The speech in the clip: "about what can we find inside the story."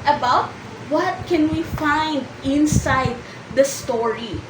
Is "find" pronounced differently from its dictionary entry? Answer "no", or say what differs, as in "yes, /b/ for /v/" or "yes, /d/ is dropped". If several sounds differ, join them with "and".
no